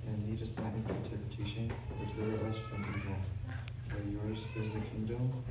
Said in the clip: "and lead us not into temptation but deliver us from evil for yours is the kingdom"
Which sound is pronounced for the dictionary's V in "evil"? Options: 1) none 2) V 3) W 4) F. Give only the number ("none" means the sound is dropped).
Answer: 3